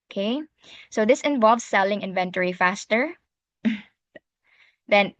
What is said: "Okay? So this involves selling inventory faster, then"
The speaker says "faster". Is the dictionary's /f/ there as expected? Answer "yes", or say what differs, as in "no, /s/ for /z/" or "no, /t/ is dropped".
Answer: yes